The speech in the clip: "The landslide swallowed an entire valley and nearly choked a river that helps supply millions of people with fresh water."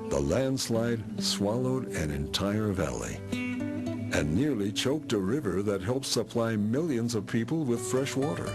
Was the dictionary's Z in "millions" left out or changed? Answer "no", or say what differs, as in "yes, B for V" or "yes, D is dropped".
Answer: no